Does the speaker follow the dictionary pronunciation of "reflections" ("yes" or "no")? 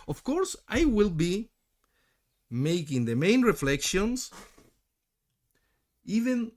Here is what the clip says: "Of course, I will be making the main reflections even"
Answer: no